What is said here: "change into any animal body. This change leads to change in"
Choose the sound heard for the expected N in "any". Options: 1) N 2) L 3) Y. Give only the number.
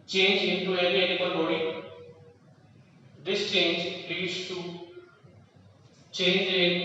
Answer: 2